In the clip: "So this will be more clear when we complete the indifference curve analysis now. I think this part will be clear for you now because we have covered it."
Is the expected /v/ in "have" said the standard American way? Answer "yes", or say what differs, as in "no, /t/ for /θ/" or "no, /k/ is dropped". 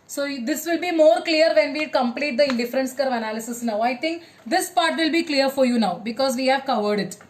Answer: yes